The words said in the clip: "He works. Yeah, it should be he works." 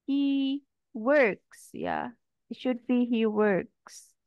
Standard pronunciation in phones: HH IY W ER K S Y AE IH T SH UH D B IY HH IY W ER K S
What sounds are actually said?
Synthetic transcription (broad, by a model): HH IY W ER K S Y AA IH T SH UH D B IY HH IY W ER K S